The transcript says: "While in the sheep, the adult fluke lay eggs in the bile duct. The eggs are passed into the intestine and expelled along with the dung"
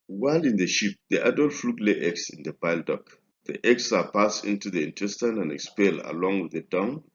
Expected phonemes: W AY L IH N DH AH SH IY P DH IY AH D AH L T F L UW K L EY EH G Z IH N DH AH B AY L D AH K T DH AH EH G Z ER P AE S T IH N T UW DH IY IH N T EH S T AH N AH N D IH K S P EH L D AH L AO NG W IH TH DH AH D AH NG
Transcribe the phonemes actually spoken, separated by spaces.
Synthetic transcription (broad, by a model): W AY L IH N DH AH SH IY P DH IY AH D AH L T F L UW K L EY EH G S IH N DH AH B AY L D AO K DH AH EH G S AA P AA S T IH N T UW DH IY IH N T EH S T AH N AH N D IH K S P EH L AH L AO NG W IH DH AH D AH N